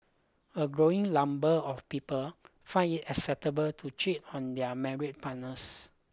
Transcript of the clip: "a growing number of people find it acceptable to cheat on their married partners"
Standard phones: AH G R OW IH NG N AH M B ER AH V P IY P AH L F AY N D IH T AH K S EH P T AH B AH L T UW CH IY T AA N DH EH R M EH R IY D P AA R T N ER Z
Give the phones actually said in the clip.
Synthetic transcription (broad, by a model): AH G R OW IH NG L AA M B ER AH F P IY P AH L F AY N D IH T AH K S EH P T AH B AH L T UW CH IY T AA N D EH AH M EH R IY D P AA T N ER S